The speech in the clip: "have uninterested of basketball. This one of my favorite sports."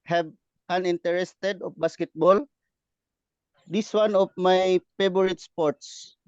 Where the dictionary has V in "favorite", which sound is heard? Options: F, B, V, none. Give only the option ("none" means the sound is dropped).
B